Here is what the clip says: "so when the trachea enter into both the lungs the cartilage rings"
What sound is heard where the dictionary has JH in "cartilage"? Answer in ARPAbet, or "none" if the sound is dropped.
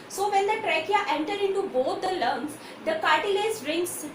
Z